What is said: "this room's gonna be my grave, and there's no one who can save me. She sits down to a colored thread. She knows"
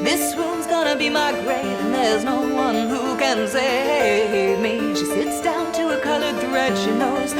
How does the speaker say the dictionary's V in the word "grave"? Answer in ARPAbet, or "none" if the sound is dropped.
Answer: none